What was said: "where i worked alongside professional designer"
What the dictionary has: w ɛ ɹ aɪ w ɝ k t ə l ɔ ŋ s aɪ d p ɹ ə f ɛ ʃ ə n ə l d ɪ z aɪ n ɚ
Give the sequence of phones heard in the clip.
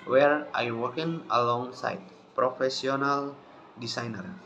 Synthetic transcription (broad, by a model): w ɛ ɹ aɪ w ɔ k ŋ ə l ɔ ŋ s aɪ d p ɹ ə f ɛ s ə n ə l d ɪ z aɪ n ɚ